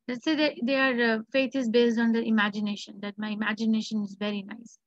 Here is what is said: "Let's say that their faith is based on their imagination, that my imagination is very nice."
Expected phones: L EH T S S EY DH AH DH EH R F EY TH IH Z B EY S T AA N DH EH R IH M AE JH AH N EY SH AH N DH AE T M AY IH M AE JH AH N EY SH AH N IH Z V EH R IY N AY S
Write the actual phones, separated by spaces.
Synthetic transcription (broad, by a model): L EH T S S EY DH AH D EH R F EY T IH Z B EY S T AA N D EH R IH M AE JH AH N EY SH AH N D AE T M AY IH M AE JH AH N EY SH AH N IH Z V EH R IY N AY S